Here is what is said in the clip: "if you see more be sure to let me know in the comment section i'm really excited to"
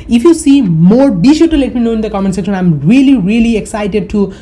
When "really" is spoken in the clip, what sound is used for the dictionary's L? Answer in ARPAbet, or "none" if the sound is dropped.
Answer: L